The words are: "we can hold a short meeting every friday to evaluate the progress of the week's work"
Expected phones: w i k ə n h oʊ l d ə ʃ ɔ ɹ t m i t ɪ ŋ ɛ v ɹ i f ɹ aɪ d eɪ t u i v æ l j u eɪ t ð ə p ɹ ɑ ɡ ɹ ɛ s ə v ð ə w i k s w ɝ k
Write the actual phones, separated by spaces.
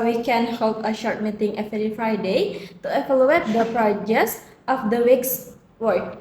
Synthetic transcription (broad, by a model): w i k ə n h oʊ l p ə ʃ ɔ ɹ t m i t ɪ ŋ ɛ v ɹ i f ɹ aɪ d eɪ t u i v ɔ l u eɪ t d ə p ɹ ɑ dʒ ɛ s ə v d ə w i k s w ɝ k